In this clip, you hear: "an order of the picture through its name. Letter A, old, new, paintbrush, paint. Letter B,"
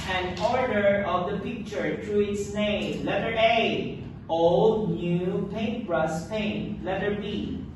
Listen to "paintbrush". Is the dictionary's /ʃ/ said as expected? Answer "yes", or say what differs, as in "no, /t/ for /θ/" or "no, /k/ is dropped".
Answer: no, /s/ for /ʃ/